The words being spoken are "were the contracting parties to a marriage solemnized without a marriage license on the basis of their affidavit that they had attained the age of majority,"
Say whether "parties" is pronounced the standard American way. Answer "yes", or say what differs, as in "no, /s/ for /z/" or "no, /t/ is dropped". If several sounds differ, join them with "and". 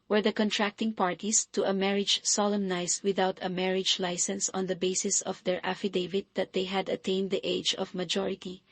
no, /s/ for /z/